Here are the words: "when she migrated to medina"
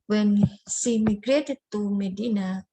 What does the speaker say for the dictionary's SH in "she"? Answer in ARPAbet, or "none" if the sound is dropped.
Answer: S